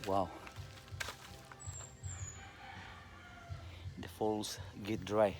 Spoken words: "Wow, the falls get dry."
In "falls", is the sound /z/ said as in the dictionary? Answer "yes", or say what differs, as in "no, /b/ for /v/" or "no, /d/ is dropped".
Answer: no, /s/ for /z/